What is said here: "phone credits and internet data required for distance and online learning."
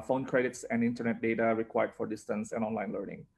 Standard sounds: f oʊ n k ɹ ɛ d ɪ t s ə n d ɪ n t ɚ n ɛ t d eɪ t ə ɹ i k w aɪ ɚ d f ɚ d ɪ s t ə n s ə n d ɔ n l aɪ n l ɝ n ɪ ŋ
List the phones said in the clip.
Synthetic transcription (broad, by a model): f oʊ n k ɹ ɛ d ɪ t s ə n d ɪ n t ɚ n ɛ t d eɪ t ə ɹ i k w aɪ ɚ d f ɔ d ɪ s t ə n s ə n ɔ n l aɪ n l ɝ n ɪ ŋ